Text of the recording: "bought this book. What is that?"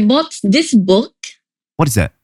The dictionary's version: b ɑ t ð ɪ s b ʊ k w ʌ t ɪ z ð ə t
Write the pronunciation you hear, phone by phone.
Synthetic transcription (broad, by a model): b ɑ t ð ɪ s b ʊ k w ʌ t ɪ z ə t